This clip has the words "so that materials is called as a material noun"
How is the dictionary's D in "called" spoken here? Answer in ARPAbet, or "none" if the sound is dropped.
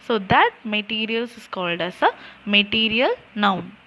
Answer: D